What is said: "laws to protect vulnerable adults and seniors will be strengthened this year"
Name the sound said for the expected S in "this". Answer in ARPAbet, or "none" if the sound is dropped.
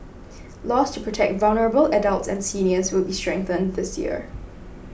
S